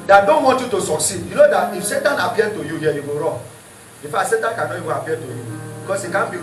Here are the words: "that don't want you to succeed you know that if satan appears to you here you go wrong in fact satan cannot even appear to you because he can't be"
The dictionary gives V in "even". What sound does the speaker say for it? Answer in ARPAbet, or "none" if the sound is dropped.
W